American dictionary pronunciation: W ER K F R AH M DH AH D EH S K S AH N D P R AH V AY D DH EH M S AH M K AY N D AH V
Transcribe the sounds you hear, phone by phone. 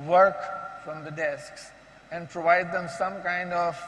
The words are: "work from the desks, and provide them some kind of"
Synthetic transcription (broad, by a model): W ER K F R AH M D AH D EH S K S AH N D P R AH V AY D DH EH M S AH M K AY N D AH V